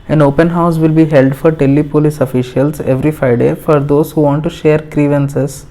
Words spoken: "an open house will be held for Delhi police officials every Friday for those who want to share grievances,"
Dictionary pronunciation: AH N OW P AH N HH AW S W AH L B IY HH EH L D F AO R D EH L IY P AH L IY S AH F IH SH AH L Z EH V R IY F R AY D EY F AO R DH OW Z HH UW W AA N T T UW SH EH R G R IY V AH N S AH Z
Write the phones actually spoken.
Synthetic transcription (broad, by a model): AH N OW P AH N HH AW S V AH L B IY HH EH L D F AO R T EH L IY P AH L IY S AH F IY SH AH L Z EH V R IY F R AY D EY F AO R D OW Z HH UW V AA N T T UW SH EH R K R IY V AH N S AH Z